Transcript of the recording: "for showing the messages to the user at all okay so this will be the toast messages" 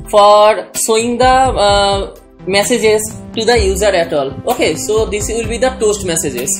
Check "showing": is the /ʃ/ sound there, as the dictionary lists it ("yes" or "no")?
no